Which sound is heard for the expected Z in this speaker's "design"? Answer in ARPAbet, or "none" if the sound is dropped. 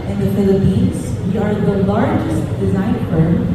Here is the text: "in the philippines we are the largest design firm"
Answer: Z